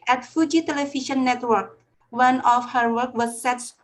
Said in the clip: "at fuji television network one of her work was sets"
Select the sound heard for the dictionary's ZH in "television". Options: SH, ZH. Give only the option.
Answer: SH